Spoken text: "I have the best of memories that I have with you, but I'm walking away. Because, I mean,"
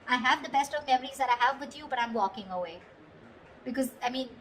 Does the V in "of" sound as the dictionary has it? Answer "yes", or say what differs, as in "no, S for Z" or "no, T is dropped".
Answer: yes